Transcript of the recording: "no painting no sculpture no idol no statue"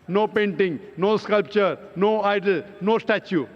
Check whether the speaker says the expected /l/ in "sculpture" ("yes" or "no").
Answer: yes